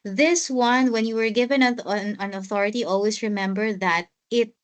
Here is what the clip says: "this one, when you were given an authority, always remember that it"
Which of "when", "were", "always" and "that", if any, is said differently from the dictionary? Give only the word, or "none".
always